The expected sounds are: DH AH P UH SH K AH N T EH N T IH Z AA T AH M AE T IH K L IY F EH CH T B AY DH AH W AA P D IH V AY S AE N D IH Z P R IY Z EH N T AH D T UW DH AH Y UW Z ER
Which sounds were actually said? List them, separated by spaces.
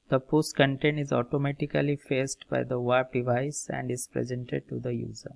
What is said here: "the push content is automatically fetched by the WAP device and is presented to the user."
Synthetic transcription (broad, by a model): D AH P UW S K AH N T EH N IH Z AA T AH M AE T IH K L IY F EH S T B AY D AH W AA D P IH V AY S AE N D IH Z P R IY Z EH N T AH D T UW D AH Y UW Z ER